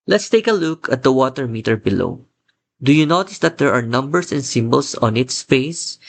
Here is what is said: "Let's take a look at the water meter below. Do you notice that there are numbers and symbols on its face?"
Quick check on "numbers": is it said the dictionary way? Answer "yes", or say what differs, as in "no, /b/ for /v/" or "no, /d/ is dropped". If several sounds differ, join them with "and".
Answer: no, /s/ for /z/